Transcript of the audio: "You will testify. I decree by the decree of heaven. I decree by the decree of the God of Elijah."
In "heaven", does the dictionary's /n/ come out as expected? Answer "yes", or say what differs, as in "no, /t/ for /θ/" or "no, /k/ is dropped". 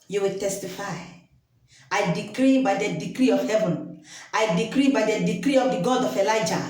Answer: yes